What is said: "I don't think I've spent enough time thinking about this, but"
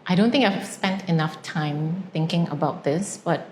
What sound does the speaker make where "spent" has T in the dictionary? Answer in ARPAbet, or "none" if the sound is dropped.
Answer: T